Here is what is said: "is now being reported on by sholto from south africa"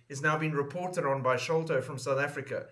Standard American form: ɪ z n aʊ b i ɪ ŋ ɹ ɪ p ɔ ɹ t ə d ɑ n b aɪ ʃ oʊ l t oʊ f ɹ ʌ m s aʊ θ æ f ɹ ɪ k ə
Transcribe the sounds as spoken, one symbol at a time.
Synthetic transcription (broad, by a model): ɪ z n aʊ b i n ɹ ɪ p ɔ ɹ t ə d n b aɪ ʃ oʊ l t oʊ f ɹ ʌ m s aʊ θ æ f ɹ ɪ k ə